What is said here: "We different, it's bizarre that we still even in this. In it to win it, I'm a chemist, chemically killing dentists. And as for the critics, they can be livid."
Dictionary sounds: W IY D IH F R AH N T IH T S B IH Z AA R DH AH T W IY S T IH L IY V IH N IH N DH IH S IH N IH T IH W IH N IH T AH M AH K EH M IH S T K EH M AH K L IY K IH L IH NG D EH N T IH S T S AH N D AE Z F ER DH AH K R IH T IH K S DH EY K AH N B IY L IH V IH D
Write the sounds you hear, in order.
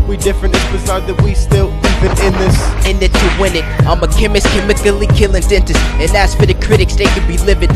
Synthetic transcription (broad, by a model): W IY D IH F R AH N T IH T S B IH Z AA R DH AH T W IY S T IH L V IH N IH N DH IH S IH N IH T IH W IH N IH T AH M AH K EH M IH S K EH M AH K L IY K IH L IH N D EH N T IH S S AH N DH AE S F ER DH AH K R IH T IH K S DH EY K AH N B IY L IH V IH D